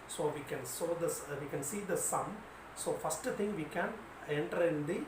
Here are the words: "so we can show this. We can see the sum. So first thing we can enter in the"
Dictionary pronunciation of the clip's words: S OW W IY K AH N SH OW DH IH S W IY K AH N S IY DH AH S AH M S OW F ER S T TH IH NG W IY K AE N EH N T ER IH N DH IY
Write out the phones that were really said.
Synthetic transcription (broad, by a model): S OW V IY K AH N S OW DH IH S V IY K AH N S IY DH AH S AH M S OW F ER S T T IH NG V IY K AE N EH N T ER IH N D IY